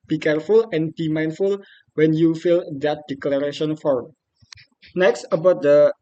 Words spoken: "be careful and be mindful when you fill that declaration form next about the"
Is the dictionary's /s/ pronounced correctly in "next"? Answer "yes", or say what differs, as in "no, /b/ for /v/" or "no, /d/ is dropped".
yes